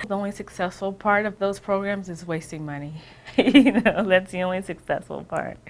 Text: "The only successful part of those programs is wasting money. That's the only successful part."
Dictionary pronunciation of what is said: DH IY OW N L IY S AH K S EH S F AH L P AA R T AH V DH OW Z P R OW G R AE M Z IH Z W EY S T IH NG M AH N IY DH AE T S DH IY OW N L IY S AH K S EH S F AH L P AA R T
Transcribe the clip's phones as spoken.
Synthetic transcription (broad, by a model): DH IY OW N L IY S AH K S EH S F L P AA R T AH V DH OW Z P R OW G R AE M Z IH Z W EY S T IH NG M AH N IY DH AE T S DH IY OW N L IY S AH K S EH S F L P AA R T